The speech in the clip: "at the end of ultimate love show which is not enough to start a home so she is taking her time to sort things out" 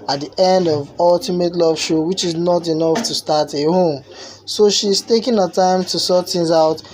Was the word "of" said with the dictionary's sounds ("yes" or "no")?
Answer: yes